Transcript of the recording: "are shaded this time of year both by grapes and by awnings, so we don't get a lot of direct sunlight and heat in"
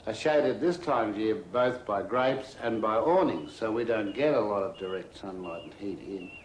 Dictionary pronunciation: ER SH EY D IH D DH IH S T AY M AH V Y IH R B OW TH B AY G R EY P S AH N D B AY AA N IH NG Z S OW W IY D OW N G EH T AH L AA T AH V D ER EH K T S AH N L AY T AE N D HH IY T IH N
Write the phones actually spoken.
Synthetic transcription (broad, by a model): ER SH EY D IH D DH IH S T AY M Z Y IH R B OW TH B AY G R EY P S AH N B AY AA N IH NG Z S OW W IY D OW N G EH T AH L AA T AH V D ER EH K T S AH N L AY T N HH IY T IH N